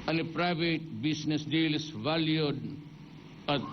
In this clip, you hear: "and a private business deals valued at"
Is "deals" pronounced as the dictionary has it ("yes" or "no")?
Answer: no